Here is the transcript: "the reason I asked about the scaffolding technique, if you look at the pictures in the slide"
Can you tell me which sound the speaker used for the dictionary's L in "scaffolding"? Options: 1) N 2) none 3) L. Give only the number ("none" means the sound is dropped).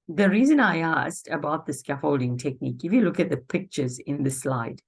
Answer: 3